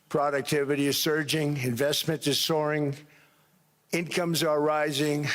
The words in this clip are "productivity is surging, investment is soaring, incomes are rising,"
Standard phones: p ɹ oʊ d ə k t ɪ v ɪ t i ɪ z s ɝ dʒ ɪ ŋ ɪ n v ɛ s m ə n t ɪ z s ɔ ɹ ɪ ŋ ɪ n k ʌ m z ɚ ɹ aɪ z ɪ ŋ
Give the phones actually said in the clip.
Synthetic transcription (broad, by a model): p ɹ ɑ d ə k t ɪ v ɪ t i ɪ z s ɝ dʒ ɪ ŋ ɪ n v ɛ s m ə n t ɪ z s ɔ ɹ ɪ ŋ ɪ n k ʌ m z ɚ ɹ aɪ z ɪ ŋ